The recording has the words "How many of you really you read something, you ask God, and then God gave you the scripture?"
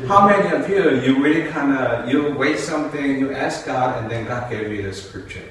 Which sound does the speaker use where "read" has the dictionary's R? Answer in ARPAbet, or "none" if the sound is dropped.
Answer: W